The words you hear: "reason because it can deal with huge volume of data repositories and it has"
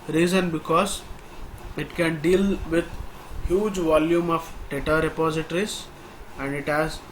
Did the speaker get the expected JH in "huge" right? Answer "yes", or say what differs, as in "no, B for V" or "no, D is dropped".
yes